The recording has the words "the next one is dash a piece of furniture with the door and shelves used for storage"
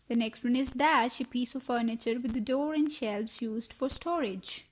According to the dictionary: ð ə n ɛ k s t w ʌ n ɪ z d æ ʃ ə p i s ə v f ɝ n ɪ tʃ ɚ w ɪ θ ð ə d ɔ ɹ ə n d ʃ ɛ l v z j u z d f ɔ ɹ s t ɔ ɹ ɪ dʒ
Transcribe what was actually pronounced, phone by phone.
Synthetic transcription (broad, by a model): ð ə n ɛ k s t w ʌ n ɪ z d æ ʃ ə p i s ə v f ɝ n ɪ tʃ ɚ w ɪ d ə d ɔ ɹ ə n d ʃ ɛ l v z j u z d f ɔ ɹ s t ɔ ɹ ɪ dʒ